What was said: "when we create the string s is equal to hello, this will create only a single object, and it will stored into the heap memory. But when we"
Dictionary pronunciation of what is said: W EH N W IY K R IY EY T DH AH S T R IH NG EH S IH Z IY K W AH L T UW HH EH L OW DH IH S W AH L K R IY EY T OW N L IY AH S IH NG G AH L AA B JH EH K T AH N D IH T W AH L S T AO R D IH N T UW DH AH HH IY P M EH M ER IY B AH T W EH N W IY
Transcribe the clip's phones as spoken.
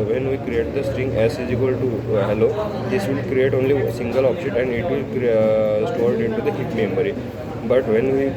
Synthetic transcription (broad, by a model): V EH N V IY K R IY EY T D AH S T R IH NG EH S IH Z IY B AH L T UW HH EH L OW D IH S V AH L K R IY EY T OW N L IY S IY NG G AH L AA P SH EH T AH N D IH T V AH L S T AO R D IH N T UW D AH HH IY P M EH M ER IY B AH T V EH N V IY